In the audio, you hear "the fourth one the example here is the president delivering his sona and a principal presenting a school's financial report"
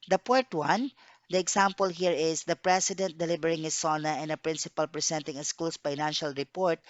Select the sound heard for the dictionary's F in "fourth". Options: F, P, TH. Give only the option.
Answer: P